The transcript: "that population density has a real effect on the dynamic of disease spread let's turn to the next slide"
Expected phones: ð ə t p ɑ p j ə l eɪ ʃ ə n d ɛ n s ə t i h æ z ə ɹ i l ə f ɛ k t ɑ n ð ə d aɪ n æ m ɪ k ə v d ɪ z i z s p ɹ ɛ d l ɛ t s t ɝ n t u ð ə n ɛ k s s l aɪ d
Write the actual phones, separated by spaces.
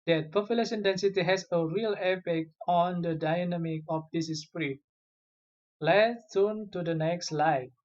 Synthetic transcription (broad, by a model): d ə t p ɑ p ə l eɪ s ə n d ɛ n s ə t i h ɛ s ə ɹ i l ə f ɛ k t ɑ n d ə d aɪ n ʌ m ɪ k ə f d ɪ s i s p ɹ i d l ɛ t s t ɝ n t u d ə n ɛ k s s l aɪ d